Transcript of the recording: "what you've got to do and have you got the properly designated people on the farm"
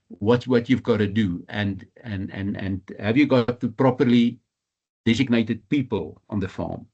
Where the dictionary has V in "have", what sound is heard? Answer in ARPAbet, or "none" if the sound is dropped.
V